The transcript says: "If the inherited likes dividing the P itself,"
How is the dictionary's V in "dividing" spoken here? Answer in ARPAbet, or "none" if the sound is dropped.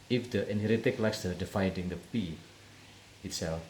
F